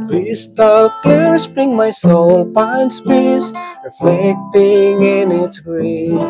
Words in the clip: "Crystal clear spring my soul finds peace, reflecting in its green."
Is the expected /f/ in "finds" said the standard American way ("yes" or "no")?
no